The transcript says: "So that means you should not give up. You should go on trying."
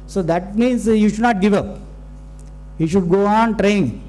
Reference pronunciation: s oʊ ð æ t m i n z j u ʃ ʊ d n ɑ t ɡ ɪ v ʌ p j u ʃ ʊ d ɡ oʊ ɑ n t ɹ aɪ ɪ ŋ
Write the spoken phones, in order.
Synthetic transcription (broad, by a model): s oʊ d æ t m i n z j u ʃ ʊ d n ɑ t ɡ ɪ v ʌ p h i ʃ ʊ d ɡ oʊ ɑ n t ɹ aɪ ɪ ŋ